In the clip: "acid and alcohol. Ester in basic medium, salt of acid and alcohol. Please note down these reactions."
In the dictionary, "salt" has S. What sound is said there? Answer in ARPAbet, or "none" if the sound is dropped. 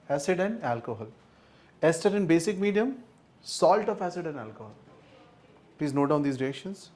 S